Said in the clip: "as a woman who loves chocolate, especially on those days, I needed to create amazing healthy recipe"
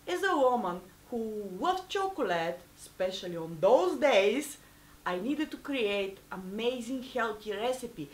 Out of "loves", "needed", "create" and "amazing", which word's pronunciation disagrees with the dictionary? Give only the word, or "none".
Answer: loves